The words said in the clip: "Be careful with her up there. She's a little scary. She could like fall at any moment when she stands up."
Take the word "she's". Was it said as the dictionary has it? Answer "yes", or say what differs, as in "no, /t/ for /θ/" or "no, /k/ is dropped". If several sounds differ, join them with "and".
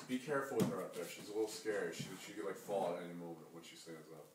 yes